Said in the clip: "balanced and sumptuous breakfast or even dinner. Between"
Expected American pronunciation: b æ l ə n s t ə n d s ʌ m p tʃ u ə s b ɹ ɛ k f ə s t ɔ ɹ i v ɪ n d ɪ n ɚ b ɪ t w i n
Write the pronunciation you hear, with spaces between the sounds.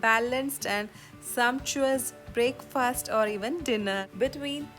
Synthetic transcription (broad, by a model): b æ l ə n s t ə n d s ʌ m p tʃ u ə s b ɹ ɛ k f ə s t ɔ ɹ i v ɪ n d ɪ n ɚ b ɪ t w i n